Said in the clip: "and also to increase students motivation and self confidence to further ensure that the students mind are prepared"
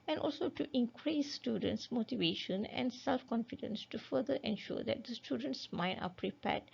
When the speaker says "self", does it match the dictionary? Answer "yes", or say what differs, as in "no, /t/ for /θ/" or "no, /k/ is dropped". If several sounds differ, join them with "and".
yes